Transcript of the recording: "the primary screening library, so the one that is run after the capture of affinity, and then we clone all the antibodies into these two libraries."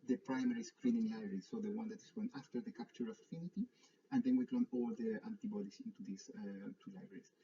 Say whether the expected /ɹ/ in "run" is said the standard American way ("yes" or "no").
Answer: no